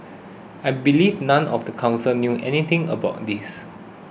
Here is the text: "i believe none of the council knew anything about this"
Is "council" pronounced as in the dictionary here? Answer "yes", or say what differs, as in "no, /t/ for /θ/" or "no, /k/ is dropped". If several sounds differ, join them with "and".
yes